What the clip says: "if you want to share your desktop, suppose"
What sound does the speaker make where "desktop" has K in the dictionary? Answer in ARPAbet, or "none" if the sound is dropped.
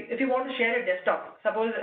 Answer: none